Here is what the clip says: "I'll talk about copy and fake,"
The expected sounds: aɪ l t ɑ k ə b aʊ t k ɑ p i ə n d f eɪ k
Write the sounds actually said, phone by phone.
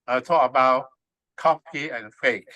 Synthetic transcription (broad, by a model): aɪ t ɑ ə b aʊ t k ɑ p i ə n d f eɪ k